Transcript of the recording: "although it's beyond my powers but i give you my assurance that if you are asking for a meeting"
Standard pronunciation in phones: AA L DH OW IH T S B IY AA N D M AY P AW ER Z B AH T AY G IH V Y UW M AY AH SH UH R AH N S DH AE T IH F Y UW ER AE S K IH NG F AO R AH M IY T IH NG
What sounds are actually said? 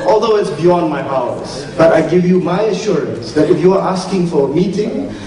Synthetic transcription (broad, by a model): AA L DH OW IH T S B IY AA N D M AY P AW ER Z B AH T AY G IH V Y UW M AY AH SH UH R AH N S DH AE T IH F Y UW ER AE S K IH NG F AO R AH M IY T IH NG